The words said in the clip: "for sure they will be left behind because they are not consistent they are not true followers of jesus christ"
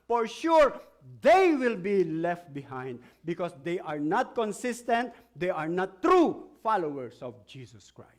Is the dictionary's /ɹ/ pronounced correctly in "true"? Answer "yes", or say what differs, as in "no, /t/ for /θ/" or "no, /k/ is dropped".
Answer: yes